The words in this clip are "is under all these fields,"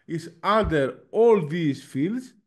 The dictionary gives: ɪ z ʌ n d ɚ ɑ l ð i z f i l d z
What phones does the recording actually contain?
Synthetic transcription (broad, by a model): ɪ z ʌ l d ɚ ɑ l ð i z f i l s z